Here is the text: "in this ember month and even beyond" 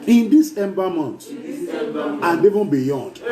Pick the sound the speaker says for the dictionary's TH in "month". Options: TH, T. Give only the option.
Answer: T